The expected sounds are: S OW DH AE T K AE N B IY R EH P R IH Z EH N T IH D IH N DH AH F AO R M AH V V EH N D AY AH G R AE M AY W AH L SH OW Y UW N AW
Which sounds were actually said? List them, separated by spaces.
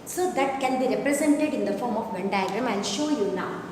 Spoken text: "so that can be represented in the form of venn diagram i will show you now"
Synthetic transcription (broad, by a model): S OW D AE T K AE N B IY R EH P R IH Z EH N T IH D IH N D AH F AO R M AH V V EH N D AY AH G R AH M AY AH N SH OW Y UW N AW